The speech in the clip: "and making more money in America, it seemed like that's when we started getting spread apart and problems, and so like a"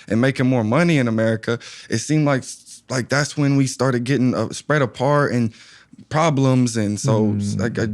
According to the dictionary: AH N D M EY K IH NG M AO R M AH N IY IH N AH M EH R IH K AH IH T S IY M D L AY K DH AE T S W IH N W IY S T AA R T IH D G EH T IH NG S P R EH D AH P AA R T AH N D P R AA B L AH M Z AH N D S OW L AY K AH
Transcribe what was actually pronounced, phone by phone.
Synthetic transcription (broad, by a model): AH N M EY K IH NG M AO R M AH N IY IH N AH M EH R IH K AH IH T S IY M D L AY K DH AE T S W IH N W IY S T AA R T IH D G EH T IH NG S P R EH D AH P AA R T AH N P R AA B L AH M Z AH N S OW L AY K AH